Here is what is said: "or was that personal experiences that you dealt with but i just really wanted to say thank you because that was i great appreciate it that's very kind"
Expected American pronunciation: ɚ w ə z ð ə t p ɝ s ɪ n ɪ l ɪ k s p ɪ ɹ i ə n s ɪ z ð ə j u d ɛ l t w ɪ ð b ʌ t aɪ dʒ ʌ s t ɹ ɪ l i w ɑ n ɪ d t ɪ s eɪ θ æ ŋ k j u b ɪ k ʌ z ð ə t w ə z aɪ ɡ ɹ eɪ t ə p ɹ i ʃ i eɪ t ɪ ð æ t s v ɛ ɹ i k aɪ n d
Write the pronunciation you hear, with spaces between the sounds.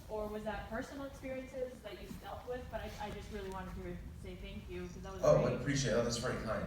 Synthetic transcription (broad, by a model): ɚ w ə z ð ə t p ɝ s n l ɪ k s p ɪ ɹ i ə n s ɪ z ð ə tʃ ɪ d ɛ l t w ɪ ð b ʌ t aɪ dʒ ʌ s t ɹ ɪ l i w ɑ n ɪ d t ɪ s eɪ θ æ ŋ k j u k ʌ z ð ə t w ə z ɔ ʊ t ə p ɹ i ʃ i eɪ t ɪ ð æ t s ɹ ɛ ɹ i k aɪ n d